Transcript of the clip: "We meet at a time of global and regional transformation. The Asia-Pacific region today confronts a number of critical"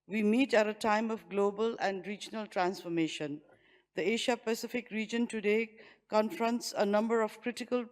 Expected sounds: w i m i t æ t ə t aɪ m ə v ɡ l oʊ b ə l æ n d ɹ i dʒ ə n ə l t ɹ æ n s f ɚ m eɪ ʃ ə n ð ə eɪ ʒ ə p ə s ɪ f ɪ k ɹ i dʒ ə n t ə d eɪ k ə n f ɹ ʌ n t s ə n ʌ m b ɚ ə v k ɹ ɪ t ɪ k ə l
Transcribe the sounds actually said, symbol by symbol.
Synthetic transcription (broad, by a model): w i m i t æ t ə t aɪ m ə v ɡ l oʊ b ə l æ n d ɹ i dʒ ə n ə l t ɹ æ n s f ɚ m eɪ ʃ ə n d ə eɪ ʃ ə p ə s ɪ f ɪ k ɹ i dʒ ə n t ə d eɪ k ə n f ɹ ʌ n t s ə n ʌ m b ɚ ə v k ɹ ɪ t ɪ k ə l